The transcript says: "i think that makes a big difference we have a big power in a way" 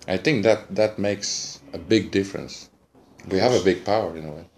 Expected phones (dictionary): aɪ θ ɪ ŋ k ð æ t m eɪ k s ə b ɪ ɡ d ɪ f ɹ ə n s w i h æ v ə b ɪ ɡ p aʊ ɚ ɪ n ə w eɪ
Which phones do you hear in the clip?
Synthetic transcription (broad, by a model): aɪ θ ɪ ŋ k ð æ t m eɪ k s ə b ɪ ɡ d ɪ f ɹ ə n s w i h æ v ə b ɪ ɡ p aʊ ɚ ɪ n ə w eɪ